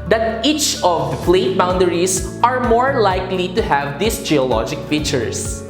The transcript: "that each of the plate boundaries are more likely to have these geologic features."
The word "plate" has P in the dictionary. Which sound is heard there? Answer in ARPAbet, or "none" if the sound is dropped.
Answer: F